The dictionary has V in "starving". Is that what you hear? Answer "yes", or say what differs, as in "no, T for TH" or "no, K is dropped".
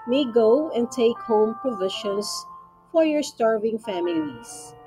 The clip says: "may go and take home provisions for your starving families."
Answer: yes